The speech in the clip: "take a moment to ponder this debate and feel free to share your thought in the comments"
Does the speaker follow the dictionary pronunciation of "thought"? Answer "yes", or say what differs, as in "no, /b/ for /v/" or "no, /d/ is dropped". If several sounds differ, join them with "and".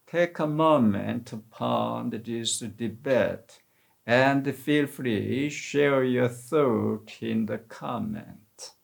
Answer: yes